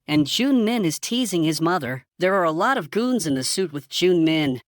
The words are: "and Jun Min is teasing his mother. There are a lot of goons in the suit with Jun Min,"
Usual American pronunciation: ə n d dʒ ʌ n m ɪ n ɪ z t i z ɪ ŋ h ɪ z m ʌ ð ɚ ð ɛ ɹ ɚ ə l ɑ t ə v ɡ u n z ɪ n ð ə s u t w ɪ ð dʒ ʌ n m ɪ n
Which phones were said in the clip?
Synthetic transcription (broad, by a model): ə n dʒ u n m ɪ n ɪ z t i z ɪ ŋ ɪ z m ʌ ð ɚ ð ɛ ɹ ɚ ə l ɑ t ə v ɡ u n z ɪ n ð ə s u t w ɪ ð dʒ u n m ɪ n